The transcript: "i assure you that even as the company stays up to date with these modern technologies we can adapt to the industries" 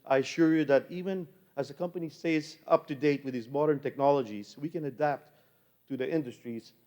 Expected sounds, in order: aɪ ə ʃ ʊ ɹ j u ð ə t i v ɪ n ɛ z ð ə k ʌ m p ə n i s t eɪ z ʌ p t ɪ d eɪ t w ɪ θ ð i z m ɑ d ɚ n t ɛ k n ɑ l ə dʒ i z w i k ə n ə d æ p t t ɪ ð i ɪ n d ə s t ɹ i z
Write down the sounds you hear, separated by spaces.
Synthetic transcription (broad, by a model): aɪ ə ʃ ʊ ɹ j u ð ə t i v ɪ n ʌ z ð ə k ʌ m p ə n i s eɪ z ʌ p t ɪ d eɪ t w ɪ ð i z m ɑ d ɚ n t ɛ k n ɑ l ə dʒ i z w i k ə n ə d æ p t t ɪ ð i ɪ n d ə s t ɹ i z